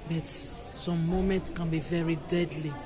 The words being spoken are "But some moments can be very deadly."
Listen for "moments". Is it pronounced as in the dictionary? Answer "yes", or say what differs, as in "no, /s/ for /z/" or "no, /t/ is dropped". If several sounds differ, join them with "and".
yes